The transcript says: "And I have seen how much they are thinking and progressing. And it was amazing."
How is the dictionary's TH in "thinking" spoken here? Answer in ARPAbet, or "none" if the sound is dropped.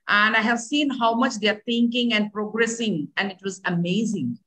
T